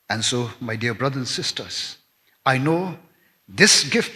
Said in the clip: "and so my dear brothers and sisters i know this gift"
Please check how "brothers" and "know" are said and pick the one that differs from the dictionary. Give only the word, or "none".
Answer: brothers